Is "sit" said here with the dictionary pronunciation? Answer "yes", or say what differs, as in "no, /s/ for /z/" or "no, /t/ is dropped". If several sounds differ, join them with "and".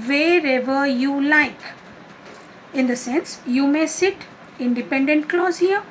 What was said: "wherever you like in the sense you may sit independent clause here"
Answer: yes